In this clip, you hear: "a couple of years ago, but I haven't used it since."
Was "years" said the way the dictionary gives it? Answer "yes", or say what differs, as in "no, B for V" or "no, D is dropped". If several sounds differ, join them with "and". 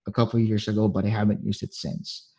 yes